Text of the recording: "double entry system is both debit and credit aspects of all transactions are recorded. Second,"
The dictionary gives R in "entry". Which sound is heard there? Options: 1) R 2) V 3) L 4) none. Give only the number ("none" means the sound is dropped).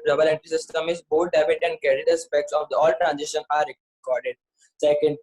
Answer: 4